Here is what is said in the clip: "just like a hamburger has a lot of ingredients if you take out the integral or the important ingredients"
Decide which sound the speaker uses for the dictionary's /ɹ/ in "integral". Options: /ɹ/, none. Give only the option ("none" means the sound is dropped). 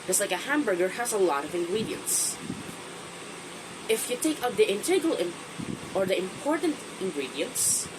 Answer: none